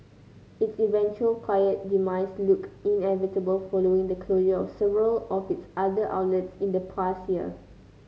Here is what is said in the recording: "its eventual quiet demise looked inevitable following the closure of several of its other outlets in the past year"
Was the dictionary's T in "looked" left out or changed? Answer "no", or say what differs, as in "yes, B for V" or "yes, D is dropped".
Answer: yes, T is dropped